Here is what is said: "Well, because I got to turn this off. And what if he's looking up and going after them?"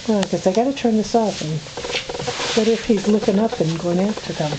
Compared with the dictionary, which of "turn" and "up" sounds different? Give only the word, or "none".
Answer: none